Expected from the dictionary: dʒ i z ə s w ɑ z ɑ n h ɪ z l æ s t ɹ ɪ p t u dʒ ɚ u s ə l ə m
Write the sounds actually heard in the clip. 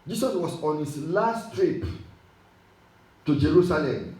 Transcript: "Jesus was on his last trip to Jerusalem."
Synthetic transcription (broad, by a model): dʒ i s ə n w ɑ s ɑ n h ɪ s l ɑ s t ɹ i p t u dʒ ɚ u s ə l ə m